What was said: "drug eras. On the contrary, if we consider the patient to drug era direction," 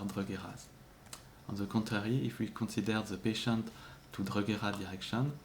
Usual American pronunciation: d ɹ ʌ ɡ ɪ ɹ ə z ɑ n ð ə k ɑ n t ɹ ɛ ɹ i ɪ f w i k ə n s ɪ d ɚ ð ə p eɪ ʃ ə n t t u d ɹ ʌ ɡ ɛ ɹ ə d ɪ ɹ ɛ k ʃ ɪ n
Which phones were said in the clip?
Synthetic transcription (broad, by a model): d ɹ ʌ ɡ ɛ ɹ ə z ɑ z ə k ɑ t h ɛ ɹ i ɪ f w i k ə s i d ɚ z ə p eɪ ʃ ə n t t u d ɹ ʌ ɡ ɛ ɹ ə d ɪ ɹ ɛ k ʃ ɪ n